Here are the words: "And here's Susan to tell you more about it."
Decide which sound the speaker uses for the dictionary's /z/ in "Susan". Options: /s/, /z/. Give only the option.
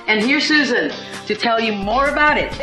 /z/